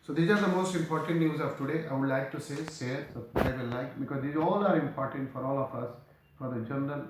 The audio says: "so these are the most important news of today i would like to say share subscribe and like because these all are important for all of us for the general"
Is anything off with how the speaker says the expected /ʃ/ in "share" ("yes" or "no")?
yes